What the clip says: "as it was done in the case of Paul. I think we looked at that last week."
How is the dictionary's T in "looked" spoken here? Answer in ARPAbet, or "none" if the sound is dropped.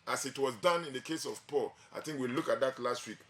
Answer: none